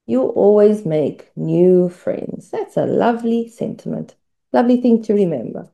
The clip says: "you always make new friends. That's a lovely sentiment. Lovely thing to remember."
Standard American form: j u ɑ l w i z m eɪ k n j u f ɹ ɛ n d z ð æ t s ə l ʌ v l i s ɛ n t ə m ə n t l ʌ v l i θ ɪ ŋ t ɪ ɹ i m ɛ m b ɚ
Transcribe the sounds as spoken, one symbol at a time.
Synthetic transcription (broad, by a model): j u ɑ l w i z m eɪ k n j u f ɹ ɛ n d z ð æ t s ə l ʌ v l i s ɛ n t ə m ə n t l ʌ v l i θ ɪ ŋ t ɪ ɹ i m ɛ m b ɚ